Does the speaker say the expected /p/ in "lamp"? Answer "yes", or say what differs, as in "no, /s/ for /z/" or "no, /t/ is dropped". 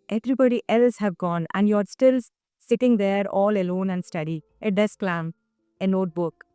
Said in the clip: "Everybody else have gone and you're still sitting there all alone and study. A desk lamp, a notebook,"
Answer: no, /p/ is dropped